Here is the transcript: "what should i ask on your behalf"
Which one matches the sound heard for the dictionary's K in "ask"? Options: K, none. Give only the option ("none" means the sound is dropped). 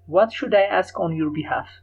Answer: K